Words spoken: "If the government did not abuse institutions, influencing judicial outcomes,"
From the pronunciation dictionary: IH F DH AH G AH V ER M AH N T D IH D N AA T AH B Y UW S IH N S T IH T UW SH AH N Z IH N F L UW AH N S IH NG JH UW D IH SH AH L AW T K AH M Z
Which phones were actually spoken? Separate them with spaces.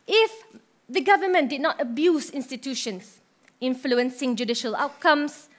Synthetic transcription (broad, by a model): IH F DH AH G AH V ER M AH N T D IH D N AA T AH B Y UW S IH N S T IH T UW SH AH N S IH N F L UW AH N S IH NG JH UW D IH SH AH L AW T K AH M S